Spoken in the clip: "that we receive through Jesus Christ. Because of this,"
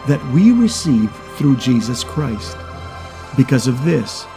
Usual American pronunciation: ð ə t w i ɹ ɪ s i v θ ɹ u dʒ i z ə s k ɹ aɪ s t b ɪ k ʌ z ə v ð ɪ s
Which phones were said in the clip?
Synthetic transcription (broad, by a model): ð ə t w i ɹ ɪ s i v θ ɹ u dʒ i z ə s k ɹ aɪ s t b ɪ k ʌ z ə v ð ɪ s